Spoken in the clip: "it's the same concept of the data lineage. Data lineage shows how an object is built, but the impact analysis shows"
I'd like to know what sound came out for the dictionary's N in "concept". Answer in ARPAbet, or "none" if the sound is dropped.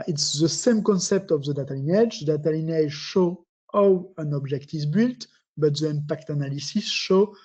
N